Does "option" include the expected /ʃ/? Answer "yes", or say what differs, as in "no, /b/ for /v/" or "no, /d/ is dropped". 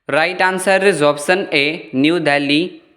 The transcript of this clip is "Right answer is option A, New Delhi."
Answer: no, /s/ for /ʃ/